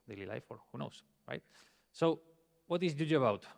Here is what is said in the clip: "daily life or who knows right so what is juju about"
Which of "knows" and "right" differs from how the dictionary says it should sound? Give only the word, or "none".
knows